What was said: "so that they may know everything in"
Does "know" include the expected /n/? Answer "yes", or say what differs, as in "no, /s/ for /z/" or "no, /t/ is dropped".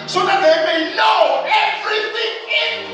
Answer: no, /l/ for /n/